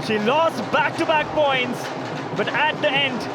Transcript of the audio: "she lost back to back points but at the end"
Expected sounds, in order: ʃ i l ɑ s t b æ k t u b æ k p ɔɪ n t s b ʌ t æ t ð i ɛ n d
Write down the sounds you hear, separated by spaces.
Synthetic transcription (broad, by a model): ʃ i l ɑ s t b æ k t u b æ k p ɔɪ n t s b ʌ t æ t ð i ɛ n d